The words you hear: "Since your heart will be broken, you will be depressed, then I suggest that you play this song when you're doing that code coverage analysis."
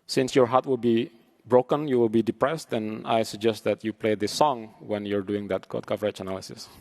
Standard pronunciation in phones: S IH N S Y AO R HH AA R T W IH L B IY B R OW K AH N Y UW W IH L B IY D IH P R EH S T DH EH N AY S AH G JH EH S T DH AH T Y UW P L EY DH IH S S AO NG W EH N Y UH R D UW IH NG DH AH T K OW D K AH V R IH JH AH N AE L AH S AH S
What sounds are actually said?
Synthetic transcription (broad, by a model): S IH N S Y AO R HH AA R T W IH L B IY B R OW K AH N Y UW W IH L B IY D IH P R EH S T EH N AY S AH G JH EH S T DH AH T Y UW P L EY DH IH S S AO NG W EH N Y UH R D UW IH NG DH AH T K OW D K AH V R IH CH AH N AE L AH S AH S